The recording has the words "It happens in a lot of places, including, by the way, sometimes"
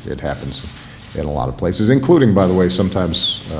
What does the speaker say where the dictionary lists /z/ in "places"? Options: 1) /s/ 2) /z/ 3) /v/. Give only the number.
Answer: 2